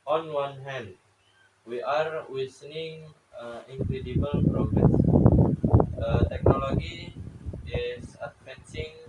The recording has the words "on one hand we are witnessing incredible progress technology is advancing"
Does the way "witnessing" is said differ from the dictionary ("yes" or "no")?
yes